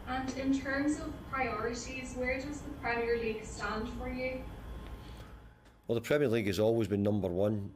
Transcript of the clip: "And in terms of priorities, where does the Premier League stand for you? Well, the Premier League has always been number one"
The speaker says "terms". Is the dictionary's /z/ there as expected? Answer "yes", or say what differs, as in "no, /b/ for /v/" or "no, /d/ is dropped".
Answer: yes